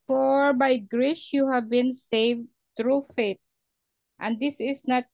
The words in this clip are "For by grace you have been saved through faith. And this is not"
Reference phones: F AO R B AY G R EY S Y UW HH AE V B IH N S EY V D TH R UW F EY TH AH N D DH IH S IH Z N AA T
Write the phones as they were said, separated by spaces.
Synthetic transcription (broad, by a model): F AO R B AY G R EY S Y UW HH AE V B IH N S EY V D T R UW F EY T AH N D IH S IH S N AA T